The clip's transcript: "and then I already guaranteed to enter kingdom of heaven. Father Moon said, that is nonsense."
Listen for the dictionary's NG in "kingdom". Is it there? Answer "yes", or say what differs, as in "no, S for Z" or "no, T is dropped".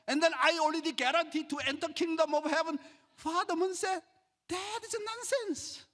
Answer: yes